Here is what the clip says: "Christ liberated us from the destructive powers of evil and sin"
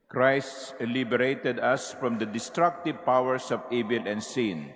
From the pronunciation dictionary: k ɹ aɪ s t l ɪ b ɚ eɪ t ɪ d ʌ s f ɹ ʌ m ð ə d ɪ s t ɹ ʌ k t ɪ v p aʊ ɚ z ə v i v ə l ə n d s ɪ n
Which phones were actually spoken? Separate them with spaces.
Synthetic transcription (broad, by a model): k ɹ aɪ s t l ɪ b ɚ eɪ t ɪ d ʌ s f ɹ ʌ m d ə d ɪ s t ɹ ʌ k t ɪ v p aʊ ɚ s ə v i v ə l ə n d s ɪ n